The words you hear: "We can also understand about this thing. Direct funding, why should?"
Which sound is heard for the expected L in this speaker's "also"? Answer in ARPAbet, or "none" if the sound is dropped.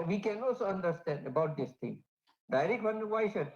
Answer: none